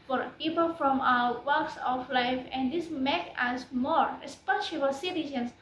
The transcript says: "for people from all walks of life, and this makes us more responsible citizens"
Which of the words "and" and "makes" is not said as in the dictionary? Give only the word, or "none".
makes